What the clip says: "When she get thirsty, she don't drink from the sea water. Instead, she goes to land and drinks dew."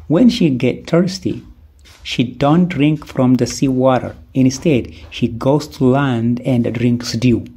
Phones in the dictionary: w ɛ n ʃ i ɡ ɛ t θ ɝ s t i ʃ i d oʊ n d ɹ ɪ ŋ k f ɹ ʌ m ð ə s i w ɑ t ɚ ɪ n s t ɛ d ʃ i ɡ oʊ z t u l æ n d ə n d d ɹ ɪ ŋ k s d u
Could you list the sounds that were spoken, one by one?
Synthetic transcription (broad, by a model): w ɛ n ʃ i ɡ ɛ t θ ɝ s t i ʃ i d oʊ n d ɹ ɪ ŋ k f ɹ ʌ m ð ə s i w ɑ t ɚ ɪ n s t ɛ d ʃ i ɡ oʊ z t u l æ n d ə n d d ɹ ɪ ŋ k s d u